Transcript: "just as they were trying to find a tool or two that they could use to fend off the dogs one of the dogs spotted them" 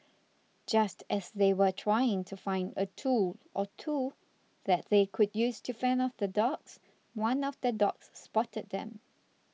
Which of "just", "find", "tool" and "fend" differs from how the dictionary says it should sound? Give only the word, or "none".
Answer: fend